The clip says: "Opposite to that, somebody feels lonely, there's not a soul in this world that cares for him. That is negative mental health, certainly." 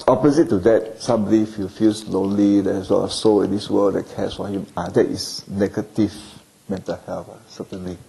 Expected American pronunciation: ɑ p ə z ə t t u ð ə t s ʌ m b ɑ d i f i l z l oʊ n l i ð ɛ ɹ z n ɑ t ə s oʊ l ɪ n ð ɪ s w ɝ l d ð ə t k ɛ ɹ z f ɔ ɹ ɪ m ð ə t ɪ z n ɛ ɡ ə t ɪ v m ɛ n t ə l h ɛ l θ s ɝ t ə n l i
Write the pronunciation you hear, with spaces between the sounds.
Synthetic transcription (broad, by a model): ɑ p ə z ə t t u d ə t s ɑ m b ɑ d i f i l s l oʊ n l i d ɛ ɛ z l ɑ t ə s oʊ l ɪ n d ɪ s w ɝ l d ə t k ɛ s f ɔ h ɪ m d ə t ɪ s n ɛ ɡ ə t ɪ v m ɛ n t ə l h ɛ l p s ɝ t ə n l i